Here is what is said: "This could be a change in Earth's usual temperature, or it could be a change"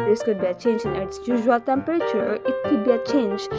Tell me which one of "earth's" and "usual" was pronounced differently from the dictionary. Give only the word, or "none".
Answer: earth's